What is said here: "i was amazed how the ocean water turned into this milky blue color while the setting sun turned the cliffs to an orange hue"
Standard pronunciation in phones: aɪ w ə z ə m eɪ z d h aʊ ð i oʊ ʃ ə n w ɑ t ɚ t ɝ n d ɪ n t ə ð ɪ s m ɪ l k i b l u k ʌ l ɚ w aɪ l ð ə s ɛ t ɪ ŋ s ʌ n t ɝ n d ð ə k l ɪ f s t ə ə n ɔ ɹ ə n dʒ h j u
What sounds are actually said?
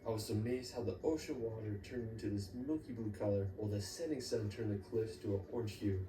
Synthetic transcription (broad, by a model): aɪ w ə z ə m eɪ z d h aʊ ð i oʊ ʃ ə n w ɑ t ɚ t ɝ n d ɪ n t ə ð ɪ s m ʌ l k i b l u k ʌ l ɚ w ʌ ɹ ð ə s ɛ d ɪ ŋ s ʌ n t ɝ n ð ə k l ɪ f s t ə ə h ɔ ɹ n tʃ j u